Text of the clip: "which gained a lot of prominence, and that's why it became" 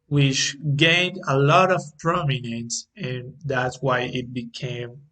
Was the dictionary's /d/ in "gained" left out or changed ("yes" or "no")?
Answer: no